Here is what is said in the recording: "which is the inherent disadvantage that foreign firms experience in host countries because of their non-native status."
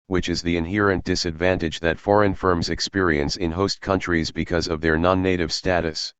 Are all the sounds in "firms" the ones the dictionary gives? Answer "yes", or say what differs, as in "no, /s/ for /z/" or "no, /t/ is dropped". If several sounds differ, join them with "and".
yes